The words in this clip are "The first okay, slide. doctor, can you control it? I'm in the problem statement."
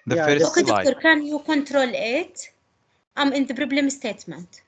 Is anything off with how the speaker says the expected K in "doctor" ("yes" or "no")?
yes